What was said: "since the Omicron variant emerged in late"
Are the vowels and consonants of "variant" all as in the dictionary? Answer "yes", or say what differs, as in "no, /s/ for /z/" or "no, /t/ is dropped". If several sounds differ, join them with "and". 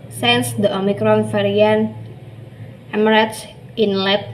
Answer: no, /f/ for /v/